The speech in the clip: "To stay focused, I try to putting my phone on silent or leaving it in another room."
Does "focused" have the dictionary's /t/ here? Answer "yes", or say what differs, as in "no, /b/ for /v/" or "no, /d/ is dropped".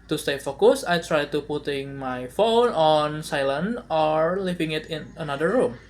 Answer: no, /t/ is dropped